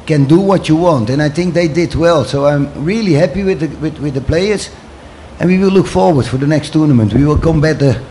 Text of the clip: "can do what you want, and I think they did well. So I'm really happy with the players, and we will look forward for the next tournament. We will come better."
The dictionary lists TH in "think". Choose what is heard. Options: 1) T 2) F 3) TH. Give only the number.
3